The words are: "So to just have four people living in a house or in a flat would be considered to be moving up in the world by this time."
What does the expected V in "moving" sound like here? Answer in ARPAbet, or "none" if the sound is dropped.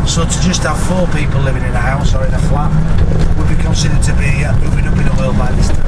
W